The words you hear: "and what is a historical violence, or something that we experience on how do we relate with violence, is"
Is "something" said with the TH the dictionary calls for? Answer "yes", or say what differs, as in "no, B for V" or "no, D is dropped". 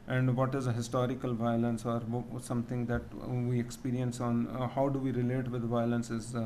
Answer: no, T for TH